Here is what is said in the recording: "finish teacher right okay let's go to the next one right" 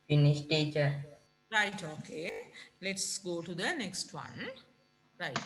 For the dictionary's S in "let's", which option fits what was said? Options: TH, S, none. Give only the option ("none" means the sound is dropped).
S